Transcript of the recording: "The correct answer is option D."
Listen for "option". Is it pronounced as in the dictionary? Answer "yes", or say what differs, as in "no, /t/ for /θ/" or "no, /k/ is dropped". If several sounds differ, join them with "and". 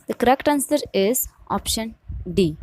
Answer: yes